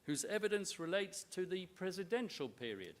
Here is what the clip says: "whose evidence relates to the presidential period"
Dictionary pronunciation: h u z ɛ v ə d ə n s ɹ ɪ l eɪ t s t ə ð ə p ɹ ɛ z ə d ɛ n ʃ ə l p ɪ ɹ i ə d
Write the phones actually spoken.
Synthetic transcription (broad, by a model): h u z ɛ v ə d ə n s ɹ ɪ l eɪ t s t ə ð ə p ɹ ɛ z ə d ɛ n ʃ ə l p ɪ ɹ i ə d